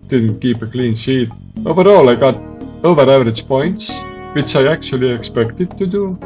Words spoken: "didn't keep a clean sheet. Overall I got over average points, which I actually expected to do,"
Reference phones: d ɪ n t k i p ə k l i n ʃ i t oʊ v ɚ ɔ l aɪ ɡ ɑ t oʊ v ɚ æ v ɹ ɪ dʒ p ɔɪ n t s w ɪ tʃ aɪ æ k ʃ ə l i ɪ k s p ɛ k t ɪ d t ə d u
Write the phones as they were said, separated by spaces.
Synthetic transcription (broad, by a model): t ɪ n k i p ə k l i n s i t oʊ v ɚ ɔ l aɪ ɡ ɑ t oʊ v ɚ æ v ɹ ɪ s p ɔɪ n t s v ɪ s aɪ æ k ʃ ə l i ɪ k s p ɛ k t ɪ t ə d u